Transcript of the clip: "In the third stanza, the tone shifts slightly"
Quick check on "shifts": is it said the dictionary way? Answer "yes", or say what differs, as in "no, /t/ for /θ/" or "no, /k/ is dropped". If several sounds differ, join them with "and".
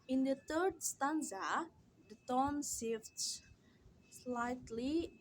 no, /s/ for /ʃ/